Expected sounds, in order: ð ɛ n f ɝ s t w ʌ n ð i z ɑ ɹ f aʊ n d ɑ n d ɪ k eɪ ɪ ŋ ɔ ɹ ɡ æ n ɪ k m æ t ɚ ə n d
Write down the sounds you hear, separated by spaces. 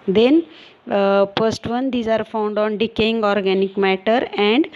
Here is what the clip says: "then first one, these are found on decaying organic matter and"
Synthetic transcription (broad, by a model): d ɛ n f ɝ s t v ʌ n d i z ɑ ɹ f aʊ n d ɑ n d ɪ k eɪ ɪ ŋ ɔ ɹ ɡ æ n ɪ k m æ t ɚ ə n d